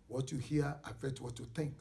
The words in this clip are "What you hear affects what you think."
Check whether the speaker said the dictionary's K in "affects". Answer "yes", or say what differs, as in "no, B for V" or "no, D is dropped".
no, K is dropped